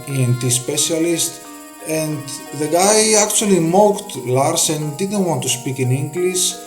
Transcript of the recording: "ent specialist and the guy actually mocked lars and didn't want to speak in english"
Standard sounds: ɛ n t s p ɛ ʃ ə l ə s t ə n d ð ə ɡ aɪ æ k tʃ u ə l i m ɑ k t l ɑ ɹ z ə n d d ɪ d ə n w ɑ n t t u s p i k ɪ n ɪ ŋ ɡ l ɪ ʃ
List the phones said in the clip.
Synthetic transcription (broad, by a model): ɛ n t s p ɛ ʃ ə l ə s t ə n d ð ə ɡ aɪ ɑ k tʃ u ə l i m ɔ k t l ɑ ɹ s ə n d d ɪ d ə n w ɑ n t t u s p i k ɪ n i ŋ ɡ l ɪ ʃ